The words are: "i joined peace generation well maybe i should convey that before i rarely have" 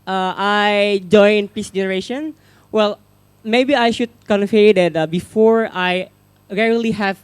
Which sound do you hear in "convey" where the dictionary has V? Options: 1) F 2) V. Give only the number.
1